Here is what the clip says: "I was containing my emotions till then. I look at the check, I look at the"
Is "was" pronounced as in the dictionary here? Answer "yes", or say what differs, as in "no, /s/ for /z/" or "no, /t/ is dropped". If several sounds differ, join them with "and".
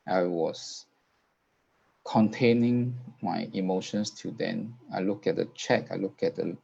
no, /s/ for /z/